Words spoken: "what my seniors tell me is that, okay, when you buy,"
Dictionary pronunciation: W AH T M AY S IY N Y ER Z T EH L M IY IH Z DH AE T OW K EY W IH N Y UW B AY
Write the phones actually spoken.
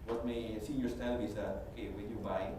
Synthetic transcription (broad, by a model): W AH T M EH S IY Y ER S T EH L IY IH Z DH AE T OW K EY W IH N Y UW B AY